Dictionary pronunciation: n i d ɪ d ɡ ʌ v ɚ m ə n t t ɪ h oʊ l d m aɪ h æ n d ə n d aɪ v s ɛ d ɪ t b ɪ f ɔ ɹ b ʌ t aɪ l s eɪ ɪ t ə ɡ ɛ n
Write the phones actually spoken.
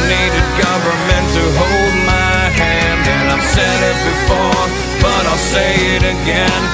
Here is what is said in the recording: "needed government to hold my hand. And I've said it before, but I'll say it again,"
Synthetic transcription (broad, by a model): n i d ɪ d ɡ ʌ v ɚ m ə n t t ɪ h oʊ l d m aɪ h æ n d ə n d aɪ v s ɛ d ɪ t b ɪ f ɔ ɹ b ʌ t aɪ l s eɪ ɪ t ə ɡ ɛ n